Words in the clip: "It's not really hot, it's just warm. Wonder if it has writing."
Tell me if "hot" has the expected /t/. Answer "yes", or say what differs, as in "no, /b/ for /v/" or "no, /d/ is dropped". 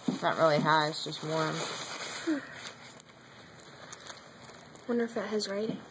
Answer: no, /t/ is dropped